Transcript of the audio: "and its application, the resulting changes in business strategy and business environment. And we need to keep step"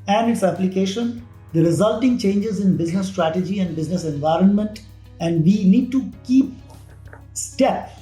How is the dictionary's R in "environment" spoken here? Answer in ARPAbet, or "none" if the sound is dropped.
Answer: R